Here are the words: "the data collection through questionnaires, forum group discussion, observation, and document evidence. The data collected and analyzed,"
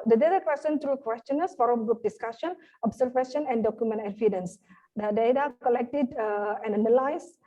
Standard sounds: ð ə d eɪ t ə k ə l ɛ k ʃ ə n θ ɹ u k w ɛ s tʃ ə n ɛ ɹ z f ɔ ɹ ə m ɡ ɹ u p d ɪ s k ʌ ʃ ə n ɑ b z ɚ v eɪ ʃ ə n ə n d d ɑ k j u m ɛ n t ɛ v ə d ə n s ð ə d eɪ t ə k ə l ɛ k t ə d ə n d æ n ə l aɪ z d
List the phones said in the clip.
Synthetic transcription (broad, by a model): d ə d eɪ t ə k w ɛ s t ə n t ɹ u k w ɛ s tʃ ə n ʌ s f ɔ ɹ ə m ɡ ɹ u p d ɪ s k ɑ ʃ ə n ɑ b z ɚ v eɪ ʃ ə n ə n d d ɑ k j u m ɛ n t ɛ f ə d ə n s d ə d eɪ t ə k ə l ɛ k t ə d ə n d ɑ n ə l aɪ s